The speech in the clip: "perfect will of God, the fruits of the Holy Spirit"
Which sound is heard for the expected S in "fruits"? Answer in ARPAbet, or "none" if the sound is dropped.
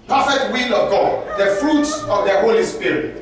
S